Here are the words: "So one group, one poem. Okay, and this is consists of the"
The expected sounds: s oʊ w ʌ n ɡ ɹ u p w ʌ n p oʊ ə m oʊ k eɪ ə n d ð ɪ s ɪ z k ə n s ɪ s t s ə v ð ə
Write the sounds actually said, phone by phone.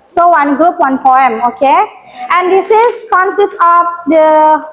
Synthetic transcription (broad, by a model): s oʊ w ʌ n ɡ ɹ u p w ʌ n f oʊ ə m oʊ k eɪ ə n d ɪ s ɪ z k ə n s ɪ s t ə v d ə